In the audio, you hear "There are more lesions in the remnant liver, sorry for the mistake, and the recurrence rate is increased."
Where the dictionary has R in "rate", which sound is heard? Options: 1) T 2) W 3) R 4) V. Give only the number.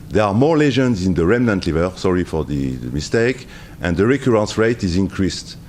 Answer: 3